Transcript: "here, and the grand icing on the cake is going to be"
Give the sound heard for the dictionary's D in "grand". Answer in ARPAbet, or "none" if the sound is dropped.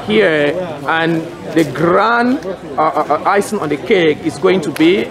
none